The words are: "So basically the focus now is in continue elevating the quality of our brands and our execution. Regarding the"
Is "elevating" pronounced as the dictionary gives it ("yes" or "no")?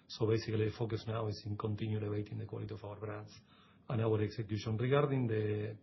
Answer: no